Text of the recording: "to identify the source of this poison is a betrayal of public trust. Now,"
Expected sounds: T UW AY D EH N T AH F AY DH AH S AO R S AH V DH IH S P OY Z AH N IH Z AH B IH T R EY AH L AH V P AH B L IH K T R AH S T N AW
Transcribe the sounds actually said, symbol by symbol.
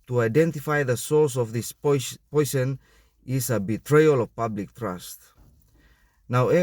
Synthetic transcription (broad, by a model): T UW AY D EH N T AH F AY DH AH S AO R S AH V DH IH S P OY S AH N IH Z AH B IH T R EY AH L AH V P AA B L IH K T R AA S T N AW